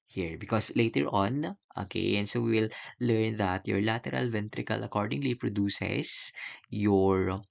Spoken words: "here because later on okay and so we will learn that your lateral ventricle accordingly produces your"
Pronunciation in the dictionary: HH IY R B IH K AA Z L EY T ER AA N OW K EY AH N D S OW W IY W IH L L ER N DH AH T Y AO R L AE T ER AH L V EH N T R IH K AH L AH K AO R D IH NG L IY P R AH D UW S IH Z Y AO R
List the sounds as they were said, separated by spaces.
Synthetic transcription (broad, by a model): HH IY R B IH K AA S L EY T ER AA N OW K EY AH N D S OW W IY W IH L L ER N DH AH T Y AO R L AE T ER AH L V EH N T R IH K AH L AH K AO R D IH NG L IY P R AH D UW S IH S Y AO R